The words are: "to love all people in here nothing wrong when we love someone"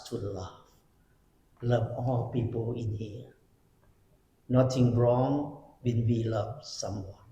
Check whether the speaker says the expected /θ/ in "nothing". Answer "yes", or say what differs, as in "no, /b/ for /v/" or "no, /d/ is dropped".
no, /t/ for /θ/